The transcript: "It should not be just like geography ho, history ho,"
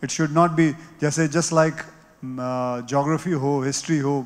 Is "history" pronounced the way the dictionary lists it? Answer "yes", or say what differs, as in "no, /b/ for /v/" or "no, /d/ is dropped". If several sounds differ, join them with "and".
yes